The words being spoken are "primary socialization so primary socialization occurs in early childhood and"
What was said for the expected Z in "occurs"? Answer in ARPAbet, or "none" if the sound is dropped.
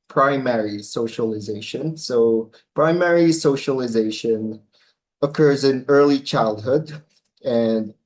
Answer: Z